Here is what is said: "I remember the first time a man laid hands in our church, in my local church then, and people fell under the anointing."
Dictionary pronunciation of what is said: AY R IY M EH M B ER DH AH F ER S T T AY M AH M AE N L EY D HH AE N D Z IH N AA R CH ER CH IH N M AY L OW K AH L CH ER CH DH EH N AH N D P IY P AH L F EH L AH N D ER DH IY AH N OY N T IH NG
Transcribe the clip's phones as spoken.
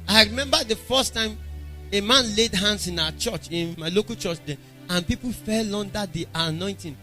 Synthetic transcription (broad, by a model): AY R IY M EH M B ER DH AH F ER S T T AY M AH M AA N L EY D HH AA N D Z IH N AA CH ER CH IH N M AY L OW K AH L CH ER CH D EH AH N P IY P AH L F EH L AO N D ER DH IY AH N OY N T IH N